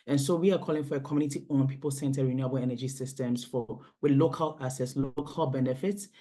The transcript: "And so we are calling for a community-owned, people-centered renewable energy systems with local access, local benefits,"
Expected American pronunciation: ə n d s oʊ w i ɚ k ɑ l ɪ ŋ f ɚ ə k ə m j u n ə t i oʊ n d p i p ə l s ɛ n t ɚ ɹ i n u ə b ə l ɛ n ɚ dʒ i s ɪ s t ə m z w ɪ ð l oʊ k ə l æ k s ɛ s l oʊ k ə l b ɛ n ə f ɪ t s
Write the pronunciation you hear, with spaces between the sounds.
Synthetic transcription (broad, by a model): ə n s oʊ w i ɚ k ɑ l ɪ ŋ f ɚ ə k ə m j u n ə t i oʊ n p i p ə l s ɛ n t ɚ ɹ i n u ə b ə l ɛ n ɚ dʒ i s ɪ s t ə m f w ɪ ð l oʊ k ə l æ s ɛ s l oʊ k ə l b ɛ n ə f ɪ t s